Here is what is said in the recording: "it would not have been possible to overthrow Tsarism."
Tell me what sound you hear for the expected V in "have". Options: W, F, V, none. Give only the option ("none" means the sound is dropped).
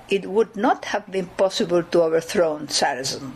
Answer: V